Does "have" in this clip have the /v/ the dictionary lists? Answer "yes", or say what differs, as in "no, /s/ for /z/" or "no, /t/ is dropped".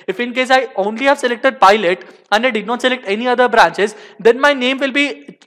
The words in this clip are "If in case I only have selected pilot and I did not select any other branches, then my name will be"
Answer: yes